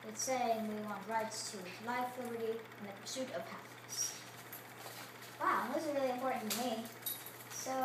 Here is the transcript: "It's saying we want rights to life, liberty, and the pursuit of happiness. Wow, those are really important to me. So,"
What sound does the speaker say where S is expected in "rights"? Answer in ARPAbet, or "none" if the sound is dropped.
S